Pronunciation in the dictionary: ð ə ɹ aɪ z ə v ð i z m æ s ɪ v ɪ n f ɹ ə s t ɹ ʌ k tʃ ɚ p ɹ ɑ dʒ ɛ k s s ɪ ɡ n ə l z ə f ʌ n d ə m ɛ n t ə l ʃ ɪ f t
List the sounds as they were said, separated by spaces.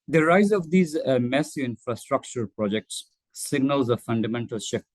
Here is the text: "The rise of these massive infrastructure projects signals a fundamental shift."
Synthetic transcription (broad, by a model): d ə ɹ aɪ z ə v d i z m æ s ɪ ɪ n f ɹ ə s t ɹ ʌ k tʃ ɚ p ɹ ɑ dʒ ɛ k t s ɪ ɡ n ə l z ə f ʌ n d ə m ɛ n t ə l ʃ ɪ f